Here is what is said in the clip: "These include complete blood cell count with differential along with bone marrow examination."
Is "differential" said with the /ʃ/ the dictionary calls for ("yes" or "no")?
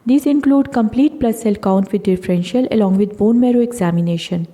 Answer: yes